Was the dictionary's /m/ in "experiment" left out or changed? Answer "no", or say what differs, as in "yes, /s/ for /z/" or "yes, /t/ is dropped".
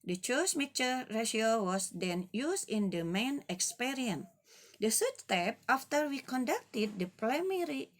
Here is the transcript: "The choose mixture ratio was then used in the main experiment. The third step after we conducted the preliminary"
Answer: yes, /m/ is dropped